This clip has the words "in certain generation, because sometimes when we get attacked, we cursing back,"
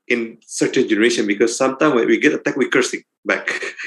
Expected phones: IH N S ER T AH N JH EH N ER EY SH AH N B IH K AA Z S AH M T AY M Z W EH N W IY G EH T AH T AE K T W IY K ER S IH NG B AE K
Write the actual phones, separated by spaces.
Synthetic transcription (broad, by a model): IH N S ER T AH N JH EH N ER EY SH AH N B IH K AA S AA M T AY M W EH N W IY G EH T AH T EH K W IY K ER S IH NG B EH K